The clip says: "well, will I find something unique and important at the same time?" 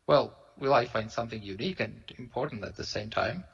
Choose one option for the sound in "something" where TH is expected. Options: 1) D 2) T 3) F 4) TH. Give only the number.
4